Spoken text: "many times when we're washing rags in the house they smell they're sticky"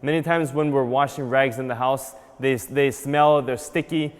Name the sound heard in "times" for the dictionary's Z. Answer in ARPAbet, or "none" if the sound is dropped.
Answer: Z